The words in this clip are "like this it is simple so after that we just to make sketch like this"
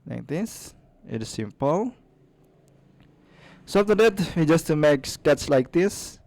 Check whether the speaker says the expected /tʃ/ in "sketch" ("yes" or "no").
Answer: no